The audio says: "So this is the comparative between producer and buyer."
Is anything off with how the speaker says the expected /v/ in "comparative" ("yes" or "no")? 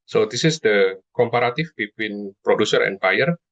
yes